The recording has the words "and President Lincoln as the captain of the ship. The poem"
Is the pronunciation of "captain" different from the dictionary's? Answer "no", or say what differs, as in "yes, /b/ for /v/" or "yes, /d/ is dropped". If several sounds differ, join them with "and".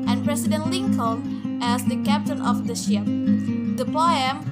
no